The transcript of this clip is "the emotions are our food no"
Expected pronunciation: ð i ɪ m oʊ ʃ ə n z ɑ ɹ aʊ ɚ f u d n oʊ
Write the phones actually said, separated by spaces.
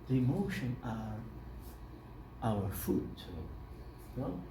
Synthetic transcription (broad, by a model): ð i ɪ m oʊ ʃ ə n ɑ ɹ aʊ ɚ f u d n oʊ